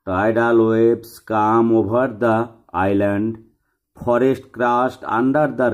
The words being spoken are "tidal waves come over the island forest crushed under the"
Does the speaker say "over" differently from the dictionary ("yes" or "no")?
yes